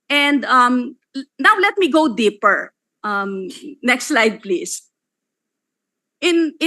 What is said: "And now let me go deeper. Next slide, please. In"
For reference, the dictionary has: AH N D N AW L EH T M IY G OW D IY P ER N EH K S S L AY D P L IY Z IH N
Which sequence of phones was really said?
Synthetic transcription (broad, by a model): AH N D N AW L EH T M IY G OW D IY P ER N EH K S S L AY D P L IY S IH N